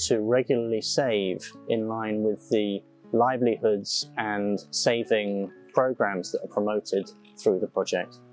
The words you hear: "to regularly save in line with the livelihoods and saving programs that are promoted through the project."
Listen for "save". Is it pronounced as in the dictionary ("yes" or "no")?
yes